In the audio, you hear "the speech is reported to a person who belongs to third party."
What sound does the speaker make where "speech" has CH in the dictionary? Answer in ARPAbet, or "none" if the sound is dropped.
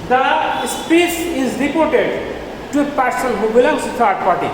S